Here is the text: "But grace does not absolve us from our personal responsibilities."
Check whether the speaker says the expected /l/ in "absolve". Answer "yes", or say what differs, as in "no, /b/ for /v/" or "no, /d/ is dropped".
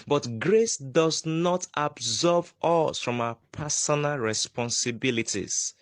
no, /l/ is dropped